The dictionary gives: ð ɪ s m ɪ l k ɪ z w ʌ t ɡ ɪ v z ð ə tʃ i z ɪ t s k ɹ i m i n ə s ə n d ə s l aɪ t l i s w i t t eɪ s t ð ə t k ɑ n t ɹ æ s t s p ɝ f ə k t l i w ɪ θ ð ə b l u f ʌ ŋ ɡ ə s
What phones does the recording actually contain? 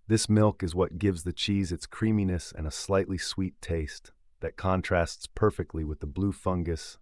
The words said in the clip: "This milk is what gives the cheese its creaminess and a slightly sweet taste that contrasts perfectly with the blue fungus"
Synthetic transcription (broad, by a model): ð ɪ s m ɪ l k ɪ z w ʌ t ɡ ɪ v z ð ə tʃ i z ɪ t s k ɹ i m i n ə s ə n ə s l aɪ t l i s w i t t eɪ s t ð ə t k ɑ n t ɹ æ s t s p ɝ f ə k t l i w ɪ ð ə b l u f ʌ ŋ ɡ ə s